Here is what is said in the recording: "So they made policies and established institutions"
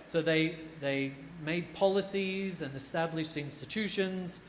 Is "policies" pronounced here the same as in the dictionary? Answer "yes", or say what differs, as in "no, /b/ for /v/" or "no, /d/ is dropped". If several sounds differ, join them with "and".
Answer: yes